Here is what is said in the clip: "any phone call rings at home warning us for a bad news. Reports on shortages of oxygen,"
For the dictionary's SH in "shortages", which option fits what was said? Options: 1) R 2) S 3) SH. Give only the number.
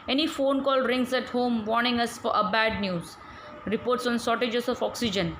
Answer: 2